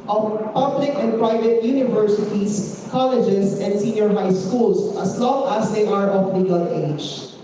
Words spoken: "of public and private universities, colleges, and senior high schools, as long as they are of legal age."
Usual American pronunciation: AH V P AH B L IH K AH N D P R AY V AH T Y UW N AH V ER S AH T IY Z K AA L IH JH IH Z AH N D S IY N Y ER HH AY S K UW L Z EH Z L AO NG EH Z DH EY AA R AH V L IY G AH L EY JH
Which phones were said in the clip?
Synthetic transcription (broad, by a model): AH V P AH B L IH K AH N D P R AY V AH T Y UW N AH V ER S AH T IY S K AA L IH JH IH S AH N D S IY N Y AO HH AY S K UW L S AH S L AO NG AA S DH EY AA R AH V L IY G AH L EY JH